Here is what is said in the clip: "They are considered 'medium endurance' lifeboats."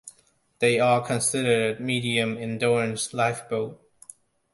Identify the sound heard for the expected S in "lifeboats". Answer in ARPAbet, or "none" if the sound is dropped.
none